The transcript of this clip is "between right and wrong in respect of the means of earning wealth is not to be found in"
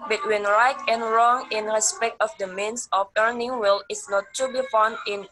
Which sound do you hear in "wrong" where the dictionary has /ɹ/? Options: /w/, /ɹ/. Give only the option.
/ɹ/